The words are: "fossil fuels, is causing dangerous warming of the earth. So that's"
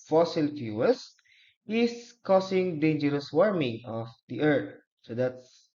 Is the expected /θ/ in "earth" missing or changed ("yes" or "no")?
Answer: yes